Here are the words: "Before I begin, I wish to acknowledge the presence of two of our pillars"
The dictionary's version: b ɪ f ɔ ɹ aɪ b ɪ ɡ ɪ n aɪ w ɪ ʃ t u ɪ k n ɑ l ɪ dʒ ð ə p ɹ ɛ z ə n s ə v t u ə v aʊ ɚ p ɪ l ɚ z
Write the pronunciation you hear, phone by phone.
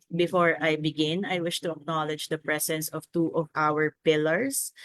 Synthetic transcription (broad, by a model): b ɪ f ɔ ɹ aɪ b ɪ ɡ ɪ n aɪ w ɪ ʃ t u ɪ k n ɑ l ɪ dʒ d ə p ɹ ɛ s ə n s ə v t u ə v aʊ ɚ p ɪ l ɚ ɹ